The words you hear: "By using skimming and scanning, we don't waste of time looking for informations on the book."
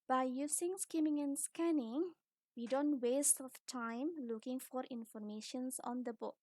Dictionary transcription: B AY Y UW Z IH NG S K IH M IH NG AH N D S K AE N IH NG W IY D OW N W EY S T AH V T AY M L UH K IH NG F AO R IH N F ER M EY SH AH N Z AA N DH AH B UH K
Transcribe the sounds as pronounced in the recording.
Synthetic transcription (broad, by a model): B AY Y UW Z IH NG S K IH M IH NG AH N S K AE N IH NG W IY D OW N W EY S T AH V T AY M L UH K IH NG F AO R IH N F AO M EY SH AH N S AA N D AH B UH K